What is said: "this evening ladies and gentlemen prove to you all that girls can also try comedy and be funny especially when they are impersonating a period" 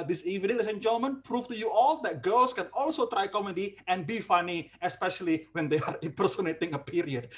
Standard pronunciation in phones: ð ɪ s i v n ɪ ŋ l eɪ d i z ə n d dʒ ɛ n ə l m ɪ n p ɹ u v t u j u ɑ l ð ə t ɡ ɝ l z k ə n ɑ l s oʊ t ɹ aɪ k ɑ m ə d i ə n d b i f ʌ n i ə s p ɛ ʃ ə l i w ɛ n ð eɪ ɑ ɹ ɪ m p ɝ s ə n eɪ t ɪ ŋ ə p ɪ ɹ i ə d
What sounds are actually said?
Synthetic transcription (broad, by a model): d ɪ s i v ɪ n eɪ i s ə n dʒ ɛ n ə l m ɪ n p ɹ u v t u j u ɑ l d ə t ɡ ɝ l s k ə n ɑ l s oʊ t ɹ aɪ k ɑ m ə d i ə n b i f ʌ n i ə s p ɛ ʃ ə l i w ɛ n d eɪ ɑ ɹ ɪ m p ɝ s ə n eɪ t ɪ ŋ ə p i ɹ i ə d